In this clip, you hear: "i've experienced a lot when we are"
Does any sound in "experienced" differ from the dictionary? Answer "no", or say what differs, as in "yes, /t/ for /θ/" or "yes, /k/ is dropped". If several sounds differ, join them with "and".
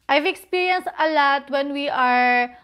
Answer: yes, /t/ is dropped